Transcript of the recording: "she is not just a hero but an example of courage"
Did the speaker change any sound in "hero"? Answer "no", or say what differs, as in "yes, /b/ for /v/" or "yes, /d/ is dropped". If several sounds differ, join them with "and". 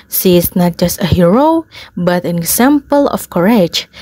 no